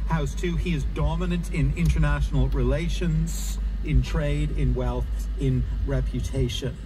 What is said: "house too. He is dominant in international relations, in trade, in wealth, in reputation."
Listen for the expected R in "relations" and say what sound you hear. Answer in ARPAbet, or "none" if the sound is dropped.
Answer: R